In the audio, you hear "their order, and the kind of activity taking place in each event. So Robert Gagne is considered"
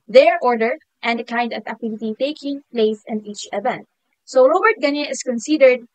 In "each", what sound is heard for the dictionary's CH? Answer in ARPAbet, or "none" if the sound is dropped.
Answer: CH